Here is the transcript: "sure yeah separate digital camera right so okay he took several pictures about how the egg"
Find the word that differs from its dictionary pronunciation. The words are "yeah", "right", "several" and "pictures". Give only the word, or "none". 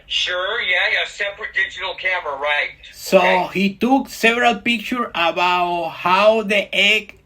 pictures